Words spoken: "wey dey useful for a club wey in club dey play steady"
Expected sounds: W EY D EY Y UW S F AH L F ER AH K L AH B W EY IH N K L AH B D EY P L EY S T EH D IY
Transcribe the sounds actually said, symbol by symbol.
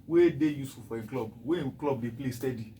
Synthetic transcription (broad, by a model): W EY D EY Y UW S AH F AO AH K L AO B W EY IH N K L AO B D EY P L EY S T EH D IY